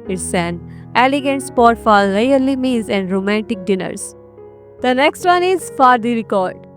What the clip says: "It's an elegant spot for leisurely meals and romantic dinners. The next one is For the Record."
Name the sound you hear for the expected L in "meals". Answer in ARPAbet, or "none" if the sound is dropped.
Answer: none